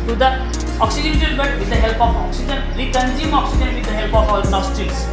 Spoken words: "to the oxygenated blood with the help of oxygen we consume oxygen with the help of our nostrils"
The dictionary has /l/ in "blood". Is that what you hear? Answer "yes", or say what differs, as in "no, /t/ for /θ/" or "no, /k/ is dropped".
no, /l/ is dropped